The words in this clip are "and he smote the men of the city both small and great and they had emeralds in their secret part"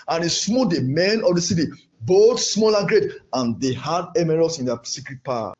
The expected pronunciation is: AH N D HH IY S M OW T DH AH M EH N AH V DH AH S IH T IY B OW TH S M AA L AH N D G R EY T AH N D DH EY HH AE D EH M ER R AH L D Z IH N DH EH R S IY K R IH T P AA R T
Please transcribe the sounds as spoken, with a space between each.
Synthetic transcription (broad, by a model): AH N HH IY S M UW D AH M EH N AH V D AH S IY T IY B OW T S M AA L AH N G R EY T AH N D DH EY HH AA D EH M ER R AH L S IH N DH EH S IY K R IH T P AA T